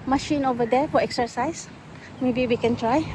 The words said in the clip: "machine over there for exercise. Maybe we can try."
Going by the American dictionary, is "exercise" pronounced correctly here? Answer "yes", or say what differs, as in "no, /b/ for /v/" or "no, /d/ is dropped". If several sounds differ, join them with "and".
no, /s/ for /z/